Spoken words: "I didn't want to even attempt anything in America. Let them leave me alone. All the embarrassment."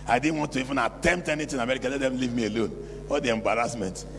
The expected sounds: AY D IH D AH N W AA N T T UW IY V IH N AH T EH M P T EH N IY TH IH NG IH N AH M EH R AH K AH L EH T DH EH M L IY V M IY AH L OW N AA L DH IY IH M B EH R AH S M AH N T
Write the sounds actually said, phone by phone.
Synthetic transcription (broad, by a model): AY D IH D N W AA N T T UW IY V IH N AH T EH M P T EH N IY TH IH IH N AH M EH R AH K AH L EH T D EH M L IY V M IY AH L OW N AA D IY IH M B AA R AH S M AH N T